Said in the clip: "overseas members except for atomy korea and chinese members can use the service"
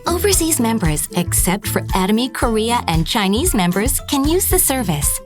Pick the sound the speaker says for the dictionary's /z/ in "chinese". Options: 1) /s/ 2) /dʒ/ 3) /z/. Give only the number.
3